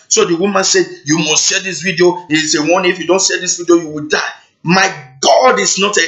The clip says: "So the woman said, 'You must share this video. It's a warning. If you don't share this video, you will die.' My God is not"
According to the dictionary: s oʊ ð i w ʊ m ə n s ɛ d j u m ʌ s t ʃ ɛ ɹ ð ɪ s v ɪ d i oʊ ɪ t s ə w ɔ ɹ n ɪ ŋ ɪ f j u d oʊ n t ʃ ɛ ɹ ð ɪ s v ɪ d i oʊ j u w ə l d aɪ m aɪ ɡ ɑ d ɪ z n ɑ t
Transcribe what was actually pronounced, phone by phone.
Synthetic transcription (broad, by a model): s oʊ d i w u m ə n s ɛ d j u m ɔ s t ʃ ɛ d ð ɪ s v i d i oʊ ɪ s ə w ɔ n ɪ f j u d oʊ n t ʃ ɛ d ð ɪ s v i d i oʊ j u w ə l d aɪ m aɪ ɡ ɑ d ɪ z n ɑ t